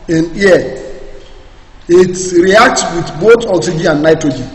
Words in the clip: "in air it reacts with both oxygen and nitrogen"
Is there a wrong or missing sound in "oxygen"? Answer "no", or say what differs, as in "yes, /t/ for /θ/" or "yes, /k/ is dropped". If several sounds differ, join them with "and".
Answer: yes, /n/ is dropped